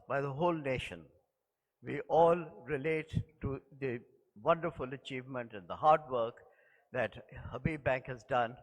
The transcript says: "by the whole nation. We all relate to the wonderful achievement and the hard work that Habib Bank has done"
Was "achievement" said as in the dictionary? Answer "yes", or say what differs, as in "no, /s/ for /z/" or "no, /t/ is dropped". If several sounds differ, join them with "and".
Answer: yes